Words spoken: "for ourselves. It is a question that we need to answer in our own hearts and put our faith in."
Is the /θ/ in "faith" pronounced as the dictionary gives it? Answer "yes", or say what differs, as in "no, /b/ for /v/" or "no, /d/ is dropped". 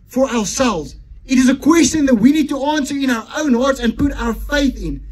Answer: yes